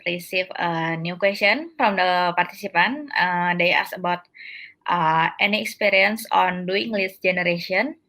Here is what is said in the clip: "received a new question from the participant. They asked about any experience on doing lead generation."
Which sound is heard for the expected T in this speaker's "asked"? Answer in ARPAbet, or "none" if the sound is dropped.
none